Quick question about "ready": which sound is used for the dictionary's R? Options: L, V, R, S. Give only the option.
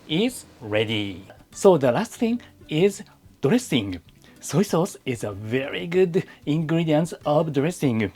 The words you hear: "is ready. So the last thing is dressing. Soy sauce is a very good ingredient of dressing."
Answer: R